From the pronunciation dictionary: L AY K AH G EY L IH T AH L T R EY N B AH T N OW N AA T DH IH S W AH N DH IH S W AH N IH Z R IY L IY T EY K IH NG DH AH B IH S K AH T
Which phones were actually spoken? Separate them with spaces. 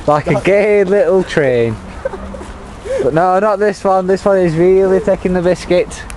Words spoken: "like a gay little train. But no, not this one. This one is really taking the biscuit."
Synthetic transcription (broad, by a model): L AY K AH G EY L IH T L T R EY N B AH T N OW N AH T DH IH S W AH N DH IH S W AH N IH Z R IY L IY T EY K IH NG DH AH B IH S K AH T